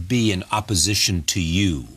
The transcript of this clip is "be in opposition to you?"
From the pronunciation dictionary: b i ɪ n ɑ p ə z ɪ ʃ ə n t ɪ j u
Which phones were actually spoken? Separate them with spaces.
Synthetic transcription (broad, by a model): b i ɪ n ɑ p ə z ɪ ʃ ə n t ɪ j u